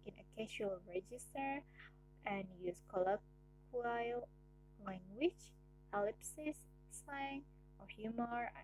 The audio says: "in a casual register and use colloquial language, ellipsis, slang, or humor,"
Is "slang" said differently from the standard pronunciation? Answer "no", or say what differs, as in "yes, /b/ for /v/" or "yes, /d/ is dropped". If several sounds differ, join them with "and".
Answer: yes, /l/ is dropped